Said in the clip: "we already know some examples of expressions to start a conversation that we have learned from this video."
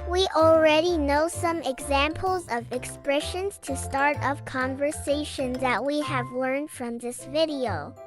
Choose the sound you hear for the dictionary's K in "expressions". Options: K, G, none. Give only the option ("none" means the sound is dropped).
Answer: K